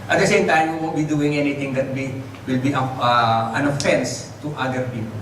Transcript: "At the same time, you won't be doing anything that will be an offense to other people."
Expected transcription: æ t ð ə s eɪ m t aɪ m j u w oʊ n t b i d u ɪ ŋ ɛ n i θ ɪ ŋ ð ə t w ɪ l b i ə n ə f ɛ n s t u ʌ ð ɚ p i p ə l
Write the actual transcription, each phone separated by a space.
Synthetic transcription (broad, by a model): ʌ t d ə s eɪ m t aɪ m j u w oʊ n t b i d u ɪ ŋ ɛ n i t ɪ ŋ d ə t w ɪ l b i ə n ə f ɛ n s t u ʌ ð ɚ p i p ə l